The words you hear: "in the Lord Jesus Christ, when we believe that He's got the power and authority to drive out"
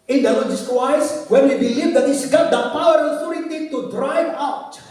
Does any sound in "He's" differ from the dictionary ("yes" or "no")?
yes